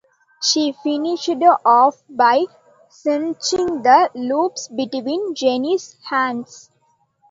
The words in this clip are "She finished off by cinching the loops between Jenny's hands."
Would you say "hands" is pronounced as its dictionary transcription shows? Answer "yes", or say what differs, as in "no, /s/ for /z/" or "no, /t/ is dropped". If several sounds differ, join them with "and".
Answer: no, /s/ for /z/